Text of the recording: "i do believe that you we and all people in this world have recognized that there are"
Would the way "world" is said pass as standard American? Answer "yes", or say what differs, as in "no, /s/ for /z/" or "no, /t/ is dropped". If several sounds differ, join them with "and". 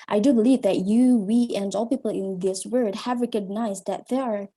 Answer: no, /l/ is dropped